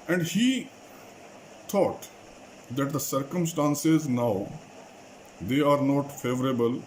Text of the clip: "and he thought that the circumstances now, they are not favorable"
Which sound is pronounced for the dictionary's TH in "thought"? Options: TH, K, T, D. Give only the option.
T